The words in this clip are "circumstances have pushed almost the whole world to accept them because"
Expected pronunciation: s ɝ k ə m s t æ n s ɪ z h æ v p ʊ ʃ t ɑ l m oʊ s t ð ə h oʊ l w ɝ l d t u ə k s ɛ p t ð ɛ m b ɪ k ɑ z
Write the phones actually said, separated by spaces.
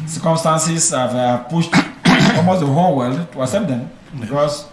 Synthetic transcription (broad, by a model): s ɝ k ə m s t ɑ n s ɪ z h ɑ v p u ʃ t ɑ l m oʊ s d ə h oʊ l w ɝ l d t u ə s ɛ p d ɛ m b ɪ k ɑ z